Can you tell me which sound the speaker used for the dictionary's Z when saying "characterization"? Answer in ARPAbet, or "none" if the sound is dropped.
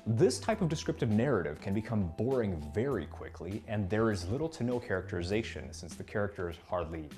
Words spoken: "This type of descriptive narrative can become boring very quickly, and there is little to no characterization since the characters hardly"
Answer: Z